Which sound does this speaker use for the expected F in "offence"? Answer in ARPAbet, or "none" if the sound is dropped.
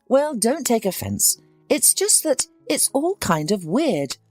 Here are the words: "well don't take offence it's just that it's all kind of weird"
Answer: F